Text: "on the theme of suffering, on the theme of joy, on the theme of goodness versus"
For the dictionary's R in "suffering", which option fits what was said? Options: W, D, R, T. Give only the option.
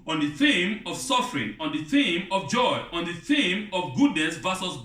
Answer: R